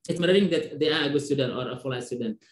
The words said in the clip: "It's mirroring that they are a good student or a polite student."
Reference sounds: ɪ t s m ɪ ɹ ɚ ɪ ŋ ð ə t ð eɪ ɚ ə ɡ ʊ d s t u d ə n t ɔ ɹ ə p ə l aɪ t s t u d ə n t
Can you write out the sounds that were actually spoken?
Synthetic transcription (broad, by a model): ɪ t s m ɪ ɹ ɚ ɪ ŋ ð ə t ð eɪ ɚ ə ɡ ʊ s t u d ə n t ɔ ɹ ə f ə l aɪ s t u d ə n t